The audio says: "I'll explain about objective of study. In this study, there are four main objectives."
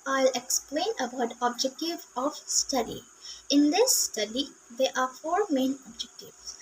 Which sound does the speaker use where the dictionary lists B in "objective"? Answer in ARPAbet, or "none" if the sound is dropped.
B